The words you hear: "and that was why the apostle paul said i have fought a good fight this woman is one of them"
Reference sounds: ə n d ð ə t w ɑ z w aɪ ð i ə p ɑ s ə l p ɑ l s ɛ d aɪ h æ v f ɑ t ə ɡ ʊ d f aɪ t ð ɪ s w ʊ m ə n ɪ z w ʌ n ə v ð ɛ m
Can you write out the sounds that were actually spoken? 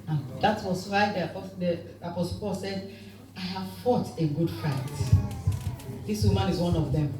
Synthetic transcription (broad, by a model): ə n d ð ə t w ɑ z w aɪ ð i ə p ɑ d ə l p ɑ l s ɛ d aɪ h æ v f ɑ t ə ɡ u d f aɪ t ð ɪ s w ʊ m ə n ɪ z w ʌ n ə v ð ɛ m